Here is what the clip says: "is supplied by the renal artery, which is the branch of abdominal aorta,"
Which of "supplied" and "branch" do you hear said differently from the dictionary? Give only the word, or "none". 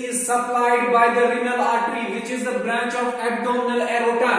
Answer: none